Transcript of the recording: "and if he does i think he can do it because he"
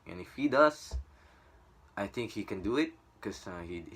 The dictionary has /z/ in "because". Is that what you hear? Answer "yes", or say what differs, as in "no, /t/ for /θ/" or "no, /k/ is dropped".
no, /z/ is dropped